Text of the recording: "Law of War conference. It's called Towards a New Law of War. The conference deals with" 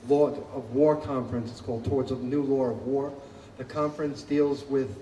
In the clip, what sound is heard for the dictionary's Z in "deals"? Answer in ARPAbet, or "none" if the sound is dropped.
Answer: Z